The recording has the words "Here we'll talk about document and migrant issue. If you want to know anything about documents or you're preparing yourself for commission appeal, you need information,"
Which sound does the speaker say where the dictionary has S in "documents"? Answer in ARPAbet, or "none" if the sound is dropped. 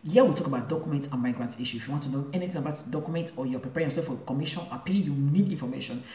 none